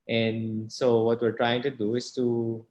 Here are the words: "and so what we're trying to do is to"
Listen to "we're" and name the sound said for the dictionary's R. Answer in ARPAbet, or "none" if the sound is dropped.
R